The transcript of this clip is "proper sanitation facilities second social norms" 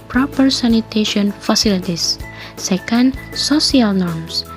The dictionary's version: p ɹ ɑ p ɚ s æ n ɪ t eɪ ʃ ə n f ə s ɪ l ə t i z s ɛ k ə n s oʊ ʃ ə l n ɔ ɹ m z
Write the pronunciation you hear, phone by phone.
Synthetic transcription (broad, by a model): p ɹ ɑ p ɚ s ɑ n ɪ t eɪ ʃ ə n f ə s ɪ l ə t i s ɛ k ə n s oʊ s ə l n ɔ ɹ m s